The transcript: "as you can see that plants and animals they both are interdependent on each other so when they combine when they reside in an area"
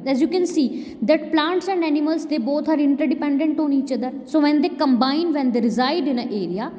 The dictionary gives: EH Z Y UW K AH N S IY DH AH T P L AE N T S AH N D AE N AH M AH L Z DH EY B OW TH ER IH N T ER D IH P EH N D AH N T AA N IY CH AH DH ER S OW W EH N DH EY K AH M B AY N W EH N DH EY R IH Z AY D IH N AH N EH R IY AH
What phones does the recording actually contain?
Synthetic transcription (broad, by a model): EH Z Y UW K AH N S IY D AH T P L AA N T S AH N D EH N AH M AH L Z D EY B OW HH ER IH N T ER D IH P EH N D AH N T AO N IY CH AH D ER S OW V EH N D EY K AH M B AY N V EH N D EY R IH Z AY D IH N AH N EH R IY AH